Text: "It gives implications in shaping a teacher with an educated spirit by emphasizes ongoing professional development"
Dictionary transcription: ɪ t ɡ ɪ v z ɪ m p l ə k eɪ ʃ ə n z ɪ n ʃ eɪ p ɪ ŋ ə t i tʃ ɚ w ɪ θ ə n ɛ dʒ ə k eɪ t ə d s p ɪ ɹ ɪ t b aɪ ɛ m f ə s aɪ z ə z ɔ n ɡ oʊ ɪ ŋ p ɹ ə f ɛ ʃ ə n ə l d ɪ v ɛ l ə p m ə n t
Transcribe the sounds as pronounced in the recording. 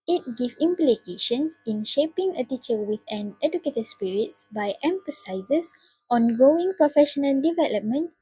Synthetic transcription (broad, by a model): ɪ t ɡ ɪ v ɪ m p l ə k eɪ ʃ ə n s ɪ n ʃ eɪ p ɪ ŋ ə t i tʃ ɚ w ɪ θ ə n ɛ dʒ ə k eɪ t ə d s p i ɹ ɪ t b aɪ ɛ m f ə s aɪ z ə s ɔ n ɡ oʊ ɪ ŋ p ɹ ə f ɛ ʃ ə n ə l d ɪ v ɛ l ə p m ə n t